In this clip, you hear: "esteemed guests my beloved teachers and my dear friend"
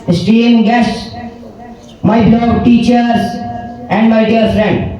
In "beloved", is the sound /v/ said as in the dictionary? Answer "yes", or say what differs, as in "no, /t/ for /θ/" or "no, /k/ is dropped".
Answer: no, /v/ is dropped